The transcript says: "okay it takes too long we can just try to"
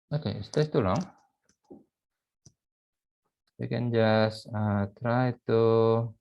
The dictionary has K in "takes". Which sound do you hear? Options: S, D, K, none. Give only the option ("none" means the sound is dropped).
none